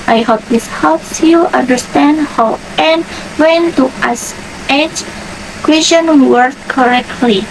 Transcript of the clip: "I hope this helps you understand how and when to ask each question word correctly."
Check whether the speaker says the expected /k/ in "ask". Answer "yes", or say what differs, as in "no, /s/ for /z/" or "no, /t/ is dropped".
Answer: no, /k/ is dropped